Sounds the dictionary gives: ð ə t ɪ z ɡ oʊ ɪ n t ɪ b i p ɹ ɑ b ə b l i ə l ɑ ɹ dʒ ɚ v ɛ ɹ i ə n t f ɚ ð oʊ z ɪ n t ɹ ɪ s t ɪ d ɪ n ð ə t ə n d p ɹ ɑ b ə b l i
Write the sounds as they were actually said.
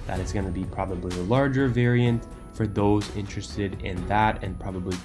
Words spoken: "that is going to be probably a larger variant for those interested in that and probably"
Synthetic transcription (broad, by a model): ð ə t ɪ s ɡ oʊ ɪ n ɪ b i p ɹ ɑ b ə b l i ə l ɑ ɹ dʒ ɚ v ɛ ɹ i ə n t f ɚ ð oʊ z ɪ n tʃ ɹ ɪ s t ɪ d ɪ n ð ə t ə n p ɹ ɑ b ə b l i